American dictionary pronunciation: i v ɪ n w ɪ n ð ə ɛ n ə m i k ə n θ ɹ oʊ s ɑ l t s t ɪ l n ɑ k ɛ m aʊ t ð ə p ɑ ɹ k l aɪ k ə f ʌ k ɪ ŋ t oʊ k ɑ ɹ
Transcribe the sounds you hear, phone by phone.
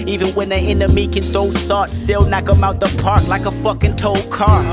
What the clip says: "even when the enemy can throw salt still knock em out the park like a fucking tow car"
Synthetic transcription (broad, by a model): i v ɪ n w ɪ n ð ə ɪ n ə m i k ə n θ oʊ s ɑ t s t ɪ l n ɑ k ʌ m aʊ t ð ə p ɑ ɹ k l aɪ k ə f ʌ k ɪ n t oʊ k ɑ ɹ